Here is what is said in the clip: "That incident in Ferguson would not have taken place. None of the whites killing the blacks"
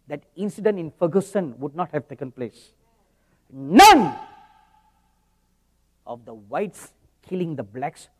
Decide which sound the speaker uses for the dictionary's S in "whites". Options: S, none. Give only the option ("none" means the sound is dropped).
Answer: S